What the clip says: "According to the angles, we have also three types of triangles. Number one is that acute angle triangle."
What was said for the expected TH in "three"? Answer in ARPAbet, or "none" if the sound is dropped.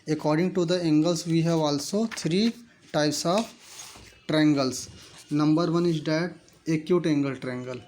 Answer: T